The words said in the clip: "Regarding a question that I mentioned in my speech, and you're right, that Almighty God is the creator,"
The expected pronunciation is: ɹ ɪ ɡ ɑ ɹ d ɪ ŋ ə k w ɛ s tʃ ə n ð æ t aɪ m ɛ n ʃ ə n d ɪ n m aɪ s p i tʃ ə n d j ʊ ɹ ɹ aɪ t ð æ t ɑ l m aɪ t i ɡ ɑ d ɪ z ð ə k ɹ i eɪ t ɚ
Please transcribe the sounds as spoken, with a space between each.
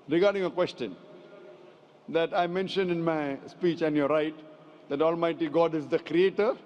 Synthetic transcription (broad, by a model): ɹ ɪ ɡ ɑ ɹ d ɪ ŋ ə k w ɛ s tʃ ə n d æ t aɪ m ɛ n ʃ ə n d ɪ n m aɪ s p i tʃ ə n d j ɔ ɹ ɹ aɪ t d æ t ɑ l m aɪ t i ɡ ɑ d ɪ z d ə k ɹ i eɪ t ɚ